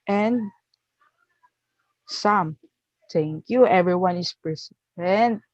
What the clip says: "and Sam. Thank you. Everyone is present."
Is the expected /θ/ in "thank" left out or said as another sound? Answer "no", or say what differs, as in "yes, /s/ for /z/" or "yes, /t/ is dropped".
yes, /t/ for /θ/